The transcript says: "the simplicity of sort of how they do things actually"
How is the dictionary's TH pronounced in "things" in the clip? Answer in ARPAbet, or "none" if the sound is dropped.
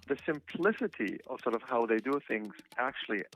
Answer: TH